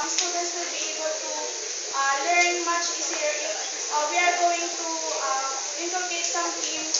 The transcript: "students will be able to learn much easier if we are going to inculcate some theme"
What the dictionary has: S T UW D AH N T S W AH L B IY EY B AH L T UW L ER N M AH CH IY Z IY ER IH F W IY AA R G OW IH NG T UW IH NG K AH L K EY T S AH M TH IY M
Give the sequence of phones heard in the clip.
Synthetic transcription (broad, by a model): S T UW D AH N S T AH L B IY EY B AH L T UW L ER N M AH CH IY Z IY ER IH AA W IY AA R G OW IH NG T UW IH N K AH K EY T S AH M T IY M